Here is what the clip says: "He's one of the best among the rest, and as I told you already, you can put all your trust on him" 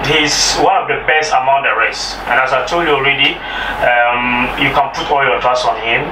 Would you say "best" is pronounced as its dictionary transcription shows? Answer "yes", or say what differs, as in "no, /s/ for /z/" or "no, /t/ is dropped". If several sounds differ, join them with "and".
yes